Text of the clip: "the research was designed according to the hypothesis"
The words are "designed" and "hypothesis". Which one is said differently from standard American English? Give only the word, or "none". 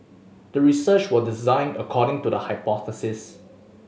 none